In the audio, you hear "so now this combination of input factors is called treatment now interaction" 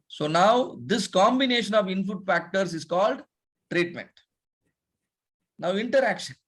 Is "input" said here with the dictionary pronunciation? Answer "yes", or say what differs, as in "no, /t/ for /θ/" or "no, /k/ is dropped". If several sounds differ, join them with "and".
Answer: no, /f/ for /p/